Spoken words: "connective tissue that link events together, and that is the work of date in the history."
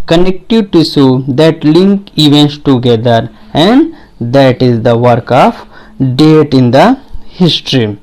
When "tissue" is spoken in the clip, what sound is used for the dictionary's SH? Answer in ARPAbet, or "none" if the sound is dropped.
S